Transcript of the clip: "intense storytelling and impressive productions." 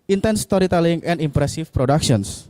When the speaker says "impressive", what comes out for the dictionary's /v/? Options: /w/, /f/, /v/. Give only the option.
/f/